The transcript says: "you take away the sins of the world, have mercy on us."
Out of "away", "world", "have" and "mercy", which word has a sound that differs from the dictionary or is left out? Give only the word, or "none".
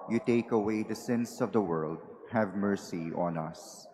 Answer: none